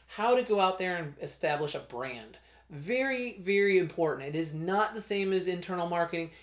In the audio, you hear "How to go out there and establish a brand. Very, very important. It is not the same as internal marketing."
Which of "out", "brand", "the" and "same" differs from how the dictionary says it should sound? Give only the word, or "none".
none